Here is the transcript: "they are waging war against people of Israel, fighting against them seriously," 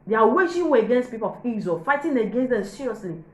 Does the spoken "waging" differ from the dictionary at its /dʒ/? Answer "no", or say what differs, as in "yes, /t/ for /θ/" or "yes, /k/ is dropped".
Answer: yes, /ʃ/ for /dʒ/